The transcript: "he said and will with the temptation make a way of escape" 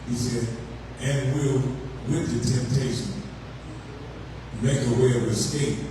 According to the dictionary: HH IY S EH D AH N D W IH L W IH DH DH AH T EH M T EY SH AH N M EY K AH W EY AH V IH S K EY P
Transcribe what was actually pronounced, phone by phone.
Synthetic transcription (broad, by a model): HH IY S EH D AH N W IH L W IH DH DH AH T EH M T EY SH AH N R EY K AH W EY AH W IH S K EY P